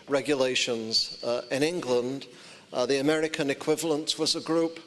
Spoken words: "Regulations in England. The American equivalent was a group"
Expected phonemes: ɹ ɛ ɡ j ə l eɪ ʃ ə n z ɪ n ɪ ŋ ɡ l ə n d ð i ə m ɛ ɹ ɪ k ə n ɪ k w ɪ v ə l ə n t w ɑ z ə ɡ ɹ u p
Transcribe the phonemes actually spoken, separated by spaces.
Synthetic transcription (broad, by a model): ɹ ɛ ɡ j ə l eɪ ʃ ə n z ɪ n ɪ ŋ ɡ l ə n d ð i ə m ɛ ɹ ɪ k ə n ɪ k w ɪ v ə l ə n t w ɑ z ə ɡ ɹ u p